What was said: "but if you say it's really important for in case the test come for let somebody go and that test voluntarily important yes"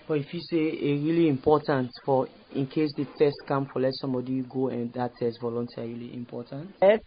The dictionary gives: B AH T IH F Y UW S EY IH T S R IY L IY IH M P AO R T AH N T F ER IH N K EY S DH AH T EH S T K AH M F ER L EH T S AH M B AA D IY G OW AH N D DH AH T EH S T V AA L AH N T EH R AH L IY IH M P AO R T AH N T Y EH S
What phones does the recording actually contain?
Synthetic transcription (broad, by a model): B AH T IH F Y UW S EY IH R IY L IY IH M P AO T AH N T F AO IH N K EY S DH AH T EH S T K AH M F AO L EH T S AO M B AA D IY G OW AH N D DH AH T EH S T V AA L AH N T EH R AH L IY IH M P AO T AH N T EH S